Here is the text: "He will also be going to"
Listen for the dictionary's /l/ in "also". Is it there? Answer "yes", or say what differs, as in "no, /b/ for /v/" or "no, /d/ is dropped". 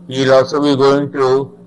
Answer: no, /l/ is dropped